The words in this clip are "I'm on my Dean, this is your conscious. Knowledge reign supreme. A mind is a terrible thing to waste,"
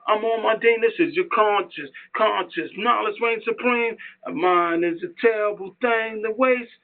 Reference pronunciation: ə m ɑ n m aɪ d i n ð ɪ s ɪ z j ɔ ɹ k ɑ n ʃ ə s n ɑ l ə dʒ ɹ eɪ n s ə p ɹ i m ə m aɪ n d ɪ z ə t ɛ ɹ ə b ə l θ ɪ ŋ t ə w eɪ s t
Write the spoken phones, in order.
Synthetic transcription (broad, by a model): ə m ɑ l m aɪ d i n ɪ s ɪ z j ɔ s k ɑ n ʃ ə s n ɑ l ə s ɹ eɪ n s ə p ɹ i m ə m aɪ n ɪ z ə t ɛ ɹ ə b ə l θ ɪ ŋ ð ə w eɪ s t